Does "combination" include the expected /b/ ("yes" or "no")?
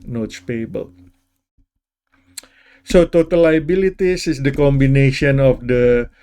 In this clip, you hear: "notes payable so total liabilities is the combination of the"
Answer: yes